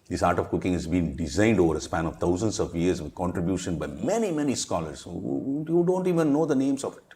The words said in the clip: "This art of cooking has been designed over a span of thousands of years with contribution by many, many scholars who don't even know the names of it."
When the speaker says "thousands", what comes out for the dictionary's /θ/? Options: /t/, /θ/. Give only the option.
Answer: /t/